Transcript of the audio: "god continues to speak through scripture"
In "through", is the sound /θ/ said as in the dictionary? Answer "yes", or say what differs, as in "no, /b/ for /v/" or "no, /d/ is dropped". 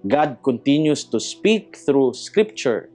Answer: yes